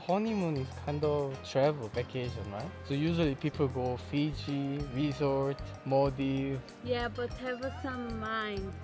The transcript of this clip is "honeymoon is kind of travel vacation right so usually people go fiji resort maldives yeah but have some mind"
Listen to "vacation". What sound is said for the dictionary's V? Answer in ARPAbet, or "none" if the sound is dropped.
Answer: B